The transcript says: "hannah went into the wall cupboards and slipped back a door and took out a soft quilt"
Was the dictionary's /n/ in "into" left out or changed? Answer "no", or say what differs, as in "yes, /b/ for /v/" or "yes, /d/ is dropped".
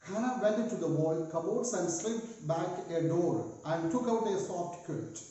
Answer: yes, /n/ is dropped